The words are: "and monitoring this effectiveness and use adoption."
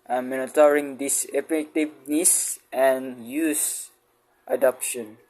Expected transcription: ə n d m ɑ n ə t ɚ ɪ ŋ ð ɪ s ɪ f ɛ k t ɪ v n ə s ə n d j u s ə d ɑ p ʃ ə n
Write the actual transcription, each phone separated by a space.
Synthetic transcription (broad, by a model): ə m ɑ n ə t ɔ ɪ ŋ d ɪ s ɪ p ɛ t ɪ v n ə s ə n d j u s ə d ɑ p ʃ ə n